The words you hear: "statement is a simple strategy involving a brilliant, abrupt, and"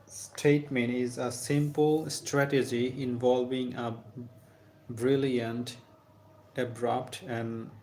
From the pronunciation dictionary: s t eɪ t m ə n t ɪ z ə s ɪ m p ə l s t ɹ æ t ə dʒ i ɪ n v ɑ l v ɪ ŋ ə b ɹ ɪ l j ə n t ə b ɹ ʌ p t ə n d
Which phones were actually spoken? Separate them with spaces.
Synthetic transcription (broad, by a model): s t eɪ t m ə n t ɪ z ə s ɪ m p ə l s t ɹ æ t ə dʒ i ɪ n v ɑ l v ɪ ŋ ə b ɹ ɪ l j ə n t ə b ɹ ʌ p t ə n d